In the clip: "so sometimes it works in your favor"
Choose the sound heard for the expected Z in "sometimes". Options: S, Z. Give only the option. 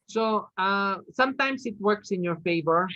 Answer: S